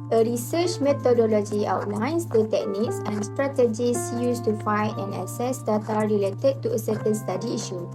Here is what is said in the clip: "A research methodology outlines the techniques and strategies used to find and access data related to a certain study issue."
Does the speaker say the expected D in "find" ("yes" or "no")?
no